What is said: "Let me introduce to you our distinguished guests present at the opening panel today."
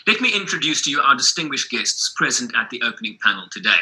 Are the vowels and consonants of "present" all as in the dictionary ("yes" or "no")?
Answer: yes